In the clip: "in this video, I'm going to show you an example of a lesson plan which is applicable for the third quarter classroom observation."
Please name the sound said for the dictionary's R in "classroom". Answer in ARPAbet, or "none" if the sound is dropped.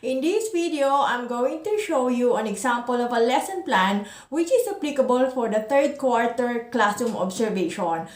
none